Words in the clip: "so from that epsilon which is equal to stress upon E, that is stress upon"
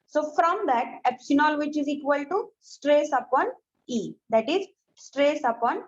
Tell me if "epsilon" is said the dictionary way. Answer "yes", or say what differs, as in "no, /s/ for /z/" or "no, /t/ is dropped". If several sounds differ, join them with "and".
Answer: no, /n/ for /l/